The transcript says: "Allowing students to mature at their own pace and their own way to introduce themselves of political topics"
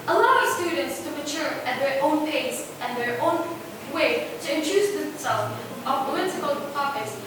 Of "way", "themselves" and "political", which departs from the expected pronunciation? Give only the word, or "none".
themselves